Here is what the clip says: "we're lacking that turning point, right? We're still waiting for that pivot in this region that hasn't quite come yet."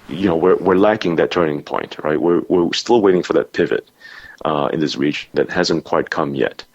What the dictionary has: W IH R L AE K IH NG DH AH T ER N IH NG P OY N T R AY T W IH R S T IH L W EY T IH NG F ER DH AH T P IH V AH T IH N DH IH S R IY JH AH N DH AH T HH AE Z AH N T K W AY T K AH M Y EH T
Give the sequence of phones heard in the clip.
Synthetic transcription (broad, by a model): W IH R L AE K IH NG DH AH T ER N IH NG P OY N T R AY T W IH R S T IH L W EY T IH NG F ER DH AH T P IH V AH T IH N DH IH S R IY JH AH N DH AH T HH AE Z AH N K W AY T K AH M Y EH T